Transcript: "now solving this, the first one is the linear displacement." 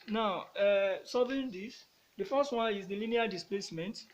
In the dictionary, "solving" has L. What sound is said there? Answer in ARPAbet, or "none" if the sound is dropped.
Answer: none